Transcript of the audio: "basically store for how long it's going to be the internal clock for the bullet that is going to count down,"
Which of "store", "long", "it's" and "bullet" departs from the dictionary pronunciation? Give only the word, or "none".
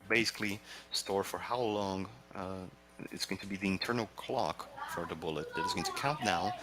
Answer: none